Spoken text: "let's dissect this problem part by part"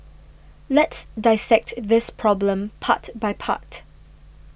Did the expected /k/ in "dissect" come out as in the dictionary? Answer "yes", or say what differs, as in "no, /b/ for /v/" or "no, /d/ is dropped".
yes